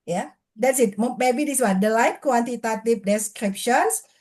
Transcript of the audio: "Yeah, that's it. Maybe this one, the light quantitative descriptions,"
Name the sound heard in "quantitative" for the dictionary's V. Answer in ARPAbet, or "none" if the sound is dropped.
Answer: P